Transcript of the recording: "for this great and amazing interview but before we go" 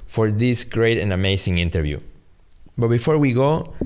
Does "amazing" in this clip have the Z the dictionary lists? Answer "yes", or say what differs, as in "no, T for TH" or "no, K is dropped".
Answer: no, S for Z